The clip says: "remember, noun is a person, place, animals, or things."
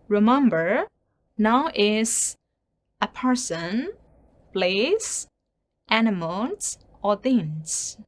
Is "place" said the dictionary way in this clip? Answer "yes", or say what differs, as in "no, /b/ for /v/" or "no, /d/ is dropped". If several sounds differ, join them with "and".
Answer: no, /b/ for /p/